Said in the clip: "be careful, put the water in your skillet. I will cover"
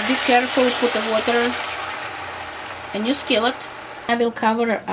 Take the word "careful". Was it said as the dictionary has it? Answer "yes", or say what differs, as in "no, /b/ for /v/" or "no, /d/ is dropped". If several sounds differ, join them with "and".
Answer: yes